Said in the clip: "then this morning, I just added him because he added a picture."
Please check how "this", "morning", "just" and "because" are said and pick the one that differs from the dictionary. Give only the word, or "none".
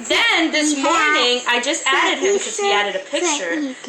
because